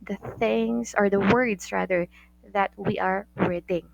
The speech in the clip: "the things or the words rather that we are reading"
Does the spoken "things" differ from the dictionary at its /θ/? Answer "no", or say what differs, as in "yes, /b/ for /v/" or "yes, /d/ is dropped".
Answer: no